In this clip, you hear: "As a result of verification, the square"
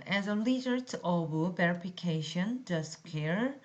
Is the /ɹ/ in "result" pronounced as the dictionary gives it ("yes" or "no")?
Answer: no